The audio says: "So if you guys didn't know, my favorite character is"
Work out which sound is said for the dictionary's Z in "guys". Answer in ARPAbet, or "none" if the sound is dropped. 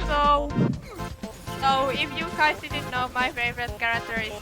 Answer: S